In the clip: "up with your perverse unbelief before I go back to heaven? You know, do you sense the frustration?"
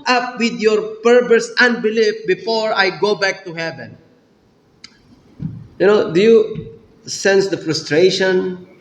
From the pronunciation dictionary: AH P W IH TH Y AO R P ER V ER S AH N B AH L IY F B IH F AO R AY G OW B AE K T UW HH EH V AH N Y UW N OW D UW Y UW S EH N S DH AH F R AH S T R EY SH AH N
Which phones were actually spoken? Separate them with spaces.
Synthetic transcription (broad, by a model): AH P W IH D Y AO R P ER P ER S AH N B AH L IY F B IH F AO R AY G OW B AE K T UW HH EH V AH N Y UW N OW D UW Y UW S EH N S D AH F R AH S T R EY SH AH N